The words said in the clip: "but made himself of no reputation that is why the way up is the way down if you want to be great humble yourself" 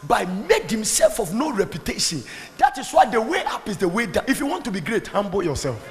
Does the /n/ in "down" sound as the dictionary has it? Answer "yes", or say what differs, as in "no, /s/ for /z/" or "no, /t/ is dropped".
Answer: no, /n/ is dropped